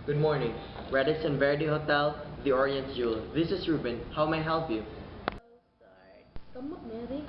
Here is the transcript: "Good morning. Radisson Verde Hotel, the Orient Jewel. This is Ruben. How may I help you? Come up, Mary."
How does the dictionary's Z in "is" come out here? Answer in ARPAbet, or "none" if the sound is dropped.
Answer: S